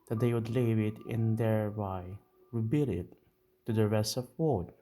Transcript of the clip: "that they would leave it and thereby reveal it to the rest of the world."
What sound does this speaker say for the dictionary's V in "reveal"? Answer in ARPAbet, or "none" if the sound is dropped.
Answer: B